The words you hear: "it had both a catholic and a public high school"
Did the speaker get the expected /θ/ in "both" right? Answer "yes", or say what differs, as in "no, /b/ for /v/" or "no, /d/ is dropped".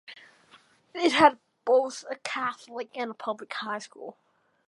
yes